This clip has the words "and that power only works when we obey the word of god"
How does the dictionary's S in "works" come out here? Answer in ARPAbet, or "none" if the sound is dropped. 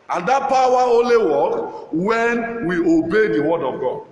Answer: none